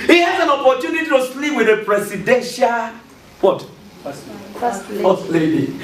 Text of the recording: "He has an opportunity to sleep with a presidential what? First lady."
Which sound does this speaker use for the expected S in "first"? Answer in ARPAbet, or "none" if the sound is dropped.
none